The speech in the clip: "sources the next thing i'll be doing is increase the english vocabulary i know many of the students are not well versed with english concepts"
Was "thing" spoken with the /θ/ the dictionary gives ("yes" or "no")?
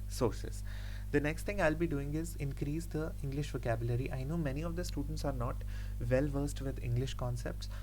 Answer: no